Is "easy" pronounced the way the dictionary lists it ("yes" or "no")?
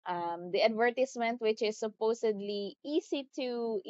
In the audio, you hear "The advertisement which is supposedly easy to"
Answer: no